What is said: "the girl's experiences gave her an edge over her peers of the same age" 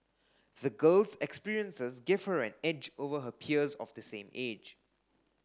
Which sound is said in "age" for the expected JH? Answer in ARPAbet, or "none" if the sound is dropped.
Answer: JH